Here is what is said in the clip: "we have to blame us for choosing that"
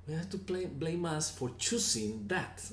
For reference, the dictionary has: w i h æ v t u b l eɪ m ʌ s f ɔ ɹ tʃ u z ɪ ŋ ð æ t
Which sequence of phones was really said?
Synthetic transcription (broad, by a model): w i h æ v t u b l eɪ m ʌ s f ɔ ɹ tʃ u s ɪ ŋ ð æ t